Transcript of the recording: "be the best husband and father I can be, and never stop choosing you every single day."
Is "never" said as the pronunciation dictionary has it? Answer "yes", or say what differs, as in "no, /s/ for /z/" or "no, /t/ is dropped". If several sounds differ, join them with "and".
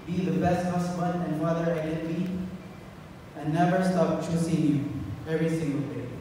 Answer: yes